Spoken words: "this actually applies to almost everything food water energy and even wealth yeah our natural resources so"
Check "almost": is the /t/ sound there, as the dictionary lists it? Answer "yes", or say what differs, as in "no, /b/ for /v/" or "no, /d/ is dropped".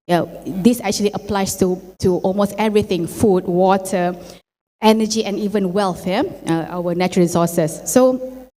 yes